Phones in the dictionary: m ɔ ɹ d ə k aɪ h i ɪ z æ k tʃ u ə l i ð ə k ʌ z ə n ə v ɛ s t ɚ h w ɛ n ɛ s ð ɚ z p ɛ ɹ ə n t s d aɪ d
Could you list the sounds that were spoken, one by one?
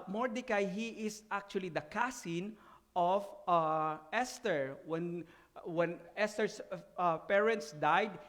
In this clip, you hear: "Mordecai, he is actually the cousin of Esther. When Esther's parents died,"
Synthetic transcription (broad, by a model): m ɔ ɹ d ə k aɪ h i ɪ s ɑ k tʃ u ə l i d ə k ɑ s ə n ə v ɛ s t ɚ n w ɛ n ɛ s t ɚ s p ɛ ɹ ə n t s d aɪ d